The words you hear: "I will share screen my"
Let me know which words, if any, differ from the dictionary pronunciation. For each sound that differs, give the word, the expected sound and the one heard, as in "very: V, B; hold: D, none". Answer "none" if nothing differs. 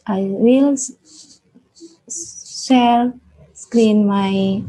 share: SH, S; share: R, L